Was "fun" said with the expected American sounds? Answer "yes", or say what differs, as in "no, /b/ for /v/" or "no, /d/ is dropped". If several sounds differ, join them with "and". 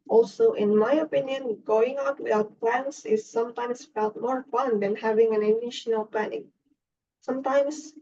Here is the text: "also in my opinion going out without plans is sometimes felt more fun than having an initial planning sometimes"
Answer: yes